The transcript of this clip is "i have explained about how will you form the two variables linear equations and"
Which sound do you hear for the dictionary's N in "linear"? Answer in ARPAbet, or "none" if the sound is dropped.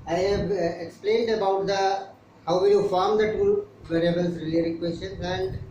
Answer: L